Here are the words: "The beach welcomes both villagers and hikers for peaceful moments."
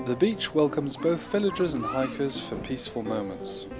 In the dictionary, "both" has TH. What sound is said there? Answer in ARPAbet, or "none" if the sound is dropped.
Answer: TH